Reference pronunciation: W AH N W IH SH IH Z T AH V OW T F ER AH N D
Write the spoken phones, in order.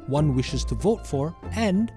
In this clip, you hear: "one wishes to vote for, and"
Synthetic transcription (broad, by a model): W AH N W IH SH IH Z T AH V OW T F ER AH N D